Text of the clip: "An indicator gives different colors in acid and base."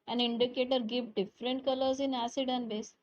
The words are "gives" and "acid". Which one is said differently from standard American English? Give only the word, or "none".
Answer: gives